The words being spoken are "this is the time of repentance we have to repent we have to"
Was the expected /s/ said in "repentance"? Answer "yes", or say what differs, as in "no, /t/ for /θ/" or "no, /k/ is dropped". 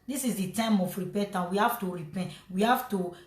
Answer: no, /s/ is dropped